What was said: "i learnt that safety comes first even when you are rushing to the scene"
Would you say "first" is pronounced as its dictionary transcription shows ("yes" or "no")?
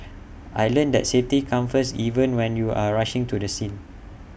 no